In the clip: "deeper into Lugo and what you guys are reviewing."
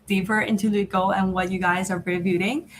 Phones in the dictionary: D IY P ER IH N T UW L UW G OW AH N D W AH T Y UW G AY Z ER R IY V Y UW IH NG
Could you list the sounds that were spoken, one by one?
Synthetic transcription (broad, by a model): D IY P ER IH N T UW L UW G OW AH N W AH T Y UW G AY Z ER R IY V Y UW IH NG